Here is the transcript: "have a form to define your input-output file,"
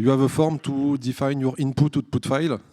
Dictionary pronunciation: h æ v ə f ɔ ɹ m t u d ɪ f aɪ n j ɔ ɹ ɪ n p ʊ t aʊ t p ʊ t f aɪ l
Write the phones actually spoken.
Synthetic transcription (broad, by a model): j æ v ə f ɔ ɹ m t u d ɪ f aɪ n j ɔ ɹ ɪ n p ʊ t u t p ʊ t f aɪ l